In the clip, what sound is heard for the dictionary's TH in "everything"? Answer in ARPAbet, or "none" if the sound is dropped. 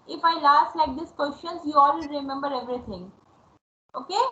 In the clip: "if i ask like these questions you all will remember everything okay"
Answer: T